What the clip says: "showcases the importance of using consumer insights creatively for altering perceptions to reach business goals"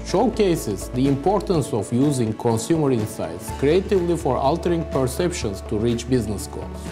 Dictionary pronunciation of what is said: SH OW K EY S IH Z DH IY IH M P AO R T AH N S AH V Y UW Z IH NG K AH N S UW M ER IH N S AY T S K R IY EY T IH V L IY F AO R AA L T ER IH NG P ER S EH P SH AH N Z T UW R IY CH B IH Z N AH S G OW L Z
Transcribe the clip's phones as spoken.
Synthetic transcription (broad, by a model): SH OW K EY S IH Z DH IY IH M P AO R T AH N S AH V Y UW Z IH NG K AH N S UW M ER IH N S AY T S K R IY EY T IH V L IY F AO R AA L T ER IH NG P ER S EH P SH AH N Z T UW R IY CH B IH Z N AH S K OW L